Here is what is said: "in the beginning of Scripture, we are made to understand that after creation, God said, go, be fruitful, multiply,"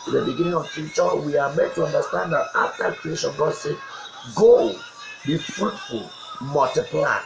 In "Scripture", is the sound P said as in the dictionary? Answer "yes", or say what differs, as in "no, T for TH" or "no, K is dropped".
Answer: no, P is dropped